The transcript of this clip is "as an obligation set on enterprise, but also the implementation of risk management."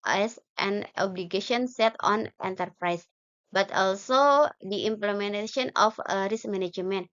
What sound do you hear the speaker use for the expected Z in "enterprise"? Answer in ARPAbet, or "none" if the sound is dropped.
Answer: S